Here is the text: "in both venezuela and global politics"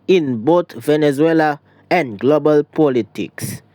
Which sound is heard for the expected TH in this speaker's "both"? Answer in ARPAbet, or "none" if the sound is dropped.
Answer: T